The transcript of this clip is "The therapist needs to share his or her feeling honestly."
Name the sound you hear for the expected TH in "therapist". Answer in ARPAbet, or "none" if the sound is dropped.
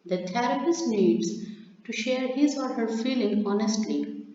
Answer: T